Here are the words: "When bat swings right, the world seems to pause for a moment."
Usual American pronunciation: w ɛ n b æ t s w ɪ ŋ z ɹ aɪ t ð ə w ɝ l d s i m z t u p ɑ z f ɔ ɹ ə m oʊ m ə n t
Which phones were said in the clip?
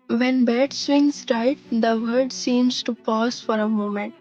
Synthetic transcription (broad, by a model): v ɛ n b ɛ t s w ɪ ŋ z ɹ aɪ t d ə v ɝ d s i m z t u p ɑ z f ɔ ɹ ə m oʊ m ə n t